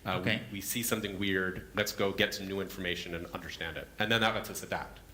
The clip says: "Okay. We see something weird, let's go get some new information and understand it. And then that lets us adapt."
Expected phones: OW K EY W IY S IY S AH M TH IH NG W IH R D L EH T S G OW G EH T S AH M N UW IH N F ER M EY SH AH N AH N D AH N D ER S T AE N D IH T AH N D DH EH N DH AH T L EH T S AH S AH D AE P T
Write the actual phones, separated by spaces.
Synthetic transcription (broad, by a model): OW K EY W IY S IY S AH M TH IH NG W IH R D L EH T S G OW G EH T S AH M N UW IH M F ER M EY SH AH N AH N AH N D ER S T AE N D IH T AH N DH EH N DH AH T L EH T S AH S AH D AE P T